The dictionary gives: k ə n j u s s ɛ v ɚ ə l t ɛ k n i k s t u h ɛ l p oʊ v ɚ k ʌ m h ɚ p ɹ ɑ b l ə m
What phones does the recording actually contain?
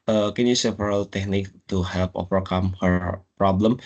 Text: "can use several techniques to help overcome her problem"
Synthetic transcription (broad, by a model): k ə n j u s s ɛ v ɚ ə l t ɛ k n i k t u h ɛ l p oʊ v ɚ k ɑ m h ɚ p ɹ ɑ b l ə m